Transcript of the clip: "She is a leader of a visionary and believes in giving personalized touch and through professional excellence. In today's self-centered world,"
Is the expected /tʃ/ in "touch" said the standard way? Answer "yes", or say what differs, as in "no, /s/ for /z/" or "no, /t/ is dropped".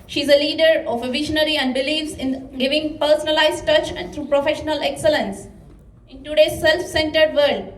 yes